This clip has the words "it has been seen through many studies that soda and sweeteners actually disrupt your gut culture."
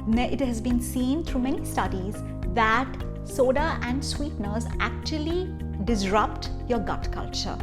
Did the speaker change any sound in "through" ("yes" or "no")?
yes